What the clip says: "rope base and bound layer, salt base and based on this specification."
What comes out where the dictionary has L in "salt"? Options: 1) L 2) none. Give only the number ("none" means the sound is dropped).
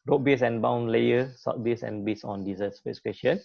2